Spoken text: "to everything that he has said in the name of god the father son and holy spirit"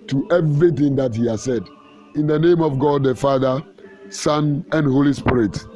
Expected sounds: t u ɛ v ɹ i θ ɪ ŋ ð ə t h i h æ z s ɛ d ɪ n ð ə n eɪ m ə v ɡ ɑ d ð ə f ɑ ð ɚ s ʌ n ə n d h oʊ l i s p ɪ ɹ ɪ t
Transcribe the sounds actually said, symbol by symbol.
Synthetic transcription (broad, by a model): t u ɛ v ɹ i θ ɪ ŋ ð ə t h i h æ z s ɛ d ɪ n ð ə n eɪ m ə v ɡ ɑ d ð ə f ɑ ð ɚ s ʌ n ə n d h oʊ l i s p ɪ ɹ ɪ t